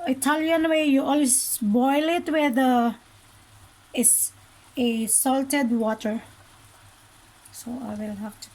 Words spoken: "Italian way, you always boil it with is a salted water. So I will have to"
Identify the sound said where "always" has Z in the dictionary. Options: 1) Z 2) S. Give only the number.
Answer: 2